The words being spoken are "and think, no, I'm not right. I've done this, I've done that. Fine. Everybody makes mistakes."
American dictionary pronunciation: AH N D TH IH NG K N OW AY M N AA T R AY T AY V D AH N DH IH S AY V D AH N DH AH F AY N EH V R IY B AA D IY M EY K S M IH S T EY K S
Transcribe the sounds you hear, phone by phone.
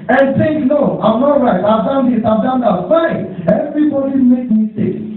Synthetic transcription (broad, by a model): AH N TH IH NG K N OW AY M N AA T R AY T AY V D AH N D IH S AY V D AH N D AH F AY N EH V R IY B AA D IY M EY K M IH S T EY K